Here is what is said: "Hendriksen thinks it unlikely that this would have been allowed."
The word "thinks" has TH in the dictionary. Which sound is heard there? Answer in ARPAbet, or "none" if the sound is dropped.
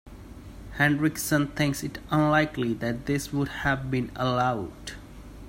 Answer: T